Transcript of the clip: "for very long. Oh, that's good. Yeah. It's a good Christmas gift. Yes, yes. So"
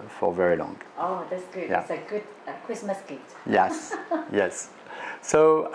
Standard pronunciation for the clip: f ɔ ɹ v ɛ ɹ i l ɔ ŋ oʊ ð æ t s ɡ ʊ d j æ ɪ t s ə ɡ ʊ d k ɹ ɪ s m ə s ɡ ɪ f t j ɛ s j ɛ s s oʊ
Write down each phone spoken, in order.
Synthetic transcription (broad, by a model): f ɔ ɹ v ɛ ɹ i l ɔ ŋ oʊ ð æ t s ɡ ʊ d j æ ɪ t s ə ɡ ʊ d k ɹ ɪ s m ə s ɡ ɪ t j ɛ s j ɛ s s oʊ